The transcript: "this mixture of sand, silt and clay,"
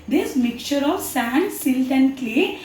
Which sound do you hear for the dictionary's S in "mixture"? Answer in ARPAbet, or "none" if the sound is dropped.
none